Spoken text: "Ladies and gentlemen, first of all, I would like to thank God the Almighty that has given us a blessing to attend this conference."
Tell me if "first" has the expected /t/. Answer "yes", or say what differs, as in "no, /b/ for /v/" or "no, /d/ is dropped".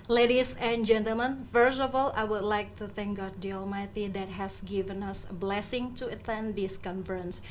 no, /t/ is dropped